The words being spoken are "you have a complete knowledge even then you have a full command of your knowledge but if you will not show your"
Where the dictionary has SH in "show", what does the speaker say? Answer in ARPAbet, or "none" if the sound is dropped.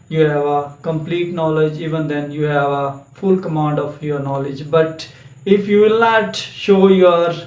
SH